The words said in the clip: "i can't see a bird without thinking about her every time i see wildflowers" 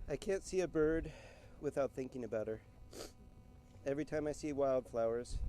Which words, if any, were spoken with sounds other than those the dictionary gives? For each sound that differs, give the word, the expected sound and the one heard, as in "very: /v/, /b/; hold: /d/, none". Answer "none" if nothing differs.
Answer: none